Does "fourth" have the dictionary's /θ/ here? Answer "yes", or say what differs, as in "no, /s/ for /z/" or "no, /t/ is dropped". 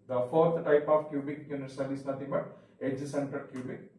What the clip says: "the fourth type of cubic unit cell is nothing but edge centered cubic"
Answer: no, /t/ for /θ/